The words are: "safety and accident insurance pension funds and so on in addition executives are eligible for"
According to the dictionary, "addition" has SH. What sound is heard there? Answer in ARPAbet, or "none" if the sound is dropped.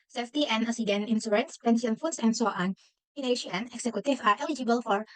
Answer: none